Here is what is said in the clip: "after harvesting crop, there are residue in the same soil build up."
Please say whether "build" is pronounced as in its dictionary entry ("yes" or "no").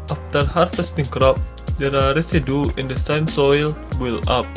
no